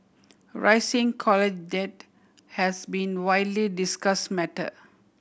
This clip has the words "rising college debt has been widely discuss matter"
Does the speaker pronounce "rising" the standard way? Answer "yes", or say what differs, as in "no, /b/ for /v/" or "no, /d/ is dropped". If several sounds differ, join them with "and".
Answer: no, /s/ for /z/